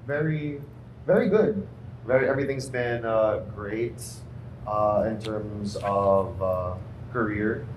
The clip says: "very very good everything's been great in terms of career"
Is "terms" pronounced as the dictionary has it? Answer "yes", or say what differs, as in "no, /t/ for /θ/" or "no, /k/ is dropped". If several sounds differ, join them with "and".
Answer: yes